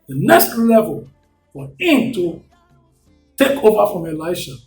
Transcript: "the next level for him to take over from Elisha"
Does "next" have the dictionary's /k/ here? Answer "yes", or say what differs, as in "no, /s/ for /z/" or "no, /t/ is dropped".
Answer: yes